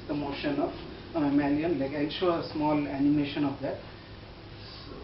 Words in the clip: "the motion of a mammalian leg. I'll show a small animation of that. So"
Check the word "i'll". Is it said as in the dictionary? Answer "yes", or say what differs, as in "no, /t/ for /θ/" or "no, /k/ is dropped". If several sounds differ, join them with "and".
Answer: no, /n/ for /l/